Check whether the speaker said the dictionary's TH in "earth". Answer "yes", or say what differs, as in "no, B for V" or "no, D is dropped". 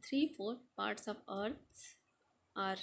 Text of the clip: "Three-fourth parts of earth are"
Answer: no, S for TH